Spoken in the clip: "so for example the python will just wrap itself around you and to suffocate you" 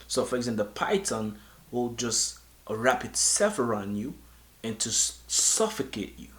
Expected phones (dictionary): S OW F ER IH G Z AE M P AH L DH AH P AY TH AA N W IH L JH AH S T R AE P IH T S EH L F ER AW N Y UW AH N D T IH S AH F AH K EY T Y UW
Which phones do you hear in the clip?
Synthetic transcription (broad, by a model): S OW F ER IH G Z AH N DH AH P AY T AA N W IH L JH AH S T R AE P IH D S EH F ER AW N Y UW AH N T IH S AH F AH K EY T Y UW